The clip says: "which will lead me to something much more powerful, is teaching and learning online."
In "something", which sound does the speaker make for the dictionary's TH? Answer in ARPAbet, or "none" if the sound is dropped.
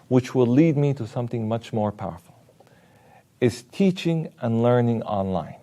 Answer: TH